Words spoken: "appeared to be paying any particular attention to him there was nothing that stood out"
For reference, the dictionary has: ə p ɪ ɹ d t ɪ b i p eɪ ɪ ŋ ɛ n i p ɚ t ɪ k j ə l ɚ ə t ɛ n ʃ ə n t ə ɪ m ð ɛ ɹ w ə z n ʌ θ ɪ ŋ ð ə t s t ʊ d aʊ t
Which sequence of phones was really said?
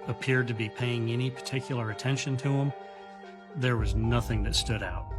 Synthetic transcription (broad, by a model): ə p ɪ ɹ d t ɪ b i p eɪ ɪ ŋ ɛ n i p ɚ t ɪ k j l ɚ ə t ɛ n ʃ ə n t ə ɪ m ð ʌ ɹ w ə z n ʌ θ ɪ ŋ ð ə t s t ʊ d aʊ t